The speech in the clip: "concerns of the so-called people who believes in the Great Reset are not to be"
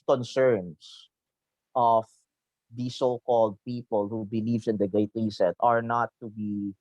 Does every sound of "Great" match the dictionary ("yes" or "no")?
no